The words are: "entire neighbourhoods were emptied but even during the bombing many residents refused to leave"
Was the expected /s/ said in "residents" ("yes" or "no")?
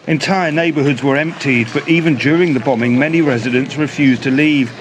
yes